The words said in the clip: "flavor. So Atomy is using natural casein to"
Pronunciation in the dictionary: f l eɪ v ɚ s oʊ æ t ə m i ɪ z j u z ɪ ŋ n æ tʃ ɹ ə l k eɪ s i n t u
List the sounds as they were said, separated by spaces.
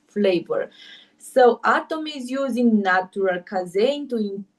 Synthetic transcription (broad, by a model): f l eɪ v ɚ s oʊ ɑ t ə m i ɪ z j u z ɪ ŋ n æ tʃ ɹ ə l k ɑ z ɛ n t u